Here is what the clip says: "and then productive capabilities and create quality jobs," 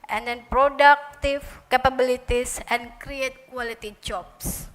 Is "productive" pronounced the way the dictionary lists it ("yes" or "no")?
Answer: no